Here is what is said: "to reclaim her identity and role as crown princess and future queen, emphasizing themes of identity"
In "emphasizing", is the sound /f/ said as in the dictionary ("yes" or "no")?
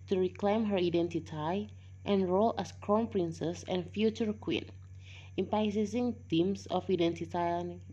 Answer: no